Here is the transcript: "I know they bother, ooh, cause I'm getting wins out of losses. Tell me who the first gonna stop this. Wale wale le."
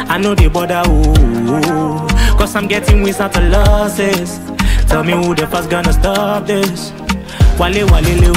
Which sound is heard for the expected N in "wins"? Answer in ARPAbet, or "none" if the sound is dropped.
none